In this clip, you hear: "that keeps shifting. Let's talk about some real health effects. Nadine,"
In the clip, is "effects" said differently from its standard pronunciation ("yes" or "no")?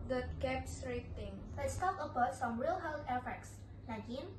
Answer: no